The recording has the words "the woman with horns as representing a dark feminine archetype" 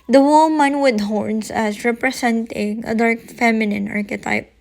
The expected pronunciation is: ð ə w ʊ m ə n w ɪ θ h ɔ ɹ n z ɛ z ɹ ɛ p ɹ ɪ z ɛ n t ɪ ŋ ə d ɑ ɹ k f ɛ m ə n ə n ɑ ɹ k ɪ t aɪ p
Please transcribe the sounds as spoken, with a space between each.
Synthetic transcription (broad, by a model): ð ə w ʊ m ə n w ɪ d h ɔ ɹ n s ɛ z ɹ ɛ p ɹ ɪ s ɛ n t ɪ ŋ ə d ɑ ɹ k f ɛ m ə n ə n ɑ ɹ k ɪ t aɪ p